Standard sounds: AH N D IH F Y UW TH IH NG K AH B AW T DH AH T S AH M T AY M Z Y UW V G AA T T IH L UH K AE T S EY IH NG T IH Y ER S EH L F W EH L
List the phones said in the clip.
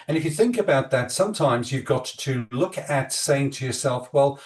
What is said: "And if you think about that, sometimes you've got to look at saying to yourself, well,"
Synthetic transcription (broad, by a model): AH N IH F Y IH TH IH NG K AH B AW T DH AH T S AH M T AY M Z Y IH V G AA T T IH L UH K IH T S EY IH NG T IH Y ER S EH L F W EH L